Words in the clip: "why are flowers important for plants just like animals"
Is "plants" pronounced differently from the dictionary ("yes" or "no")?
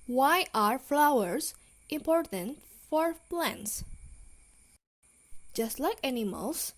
no